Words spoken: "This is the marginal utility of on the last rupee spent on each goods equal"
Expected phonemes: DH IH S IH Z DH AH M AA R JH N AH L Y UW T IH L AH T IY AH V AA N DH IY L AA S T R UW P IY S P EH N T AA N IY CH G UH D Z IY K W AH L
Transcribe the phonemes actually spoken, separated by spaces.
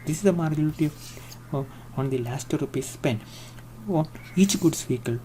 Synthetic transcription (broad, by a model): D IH S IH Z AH M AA R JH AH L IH T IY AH AA N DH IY L AA S T R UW P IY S P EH N AA N IY CH G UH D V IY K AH L